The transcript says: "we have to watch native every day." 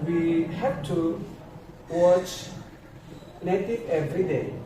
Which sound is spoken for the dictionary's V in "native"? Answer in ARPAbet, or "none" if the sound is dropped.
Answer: none